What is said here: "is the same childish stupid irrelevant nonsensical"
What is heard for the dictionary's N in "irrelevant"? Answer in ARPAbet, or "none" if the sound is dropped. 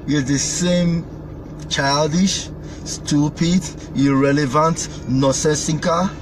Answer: N